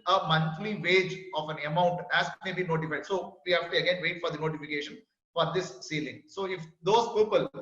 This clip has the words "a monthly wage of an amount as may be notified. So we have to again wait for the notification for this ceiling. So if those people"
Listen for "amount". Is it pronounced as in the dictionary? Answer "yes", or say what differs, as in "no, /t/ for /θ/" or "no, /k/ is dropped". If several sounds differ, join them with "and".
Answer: yes